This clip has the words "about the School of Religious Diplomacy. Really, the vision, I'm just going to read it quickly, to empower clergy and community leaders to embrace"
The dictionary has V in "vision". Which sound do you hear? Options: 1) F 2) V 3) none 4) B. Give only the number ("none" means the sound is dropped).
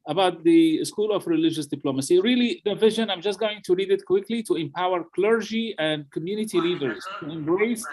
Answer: 2